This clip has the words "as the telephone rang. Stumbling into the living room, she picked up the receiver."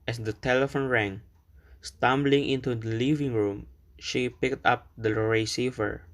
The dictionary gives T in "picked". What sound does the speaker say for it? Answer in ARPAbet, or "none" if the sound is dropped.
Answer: T